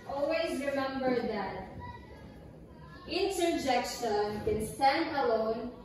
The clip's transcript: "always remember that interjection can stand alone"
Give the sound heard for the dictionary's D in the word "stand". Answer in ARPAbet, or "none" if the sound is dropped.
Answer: D